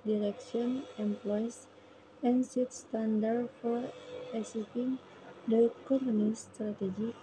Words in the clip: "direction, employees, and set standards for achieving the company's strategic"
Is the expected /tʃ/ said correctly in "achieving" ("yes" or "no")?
no